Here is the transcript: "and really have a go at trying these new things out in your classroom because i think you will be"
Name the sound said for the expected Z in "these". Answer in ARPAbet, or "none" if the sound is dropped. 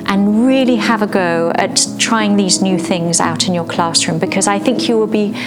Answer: Z